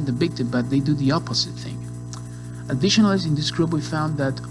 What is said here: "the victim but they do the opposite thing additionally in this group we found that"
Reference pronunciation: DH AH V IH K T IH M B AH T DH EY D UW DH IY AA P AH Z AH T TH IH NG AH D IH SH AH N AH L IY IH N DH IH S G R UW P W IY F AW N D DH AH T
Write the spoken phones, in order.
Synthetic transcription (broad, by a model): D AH B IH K T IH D B AH T DH EY D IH DH IY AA P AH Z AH T TH IH NG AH D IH SH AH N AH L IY IH N DH IH S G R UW B W IY F AW N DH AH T